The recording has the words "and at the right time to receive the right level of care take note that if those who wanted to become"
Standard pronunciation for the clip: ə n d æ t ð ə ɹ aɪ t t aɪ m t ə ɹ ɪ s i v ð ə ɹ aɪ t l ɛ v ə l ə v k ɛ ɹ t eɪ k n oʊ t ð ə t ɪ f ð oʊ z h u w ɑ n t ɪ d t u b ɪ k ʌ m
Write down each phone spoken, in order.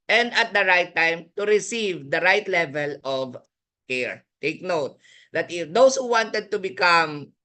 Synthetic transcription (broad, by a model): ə n d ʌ t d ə ɹ aɪ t t aɪ m t ə ɹ ɪ s i v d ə ɹ aɪ t l ɛ v ə l ə v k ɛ ɹ t eɪ k n oʊ t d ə t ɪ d oʊ s h u w ɑ n t ɪ d t u b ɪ k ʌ m